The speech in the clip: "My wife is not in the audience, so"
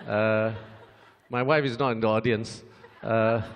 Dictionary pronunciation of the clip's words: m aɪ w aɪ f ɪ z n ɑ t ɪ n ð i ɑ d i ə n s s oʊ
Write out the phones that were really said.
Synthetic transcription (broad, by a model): m aɪ w aɪ f ɪ z n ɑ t ɪ n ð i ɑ d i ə n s s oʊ